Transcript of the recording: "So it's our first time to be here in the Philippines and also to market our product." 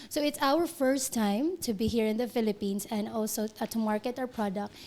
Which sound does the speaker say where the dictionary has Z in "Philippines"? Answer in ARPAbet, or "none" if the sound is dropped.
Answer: S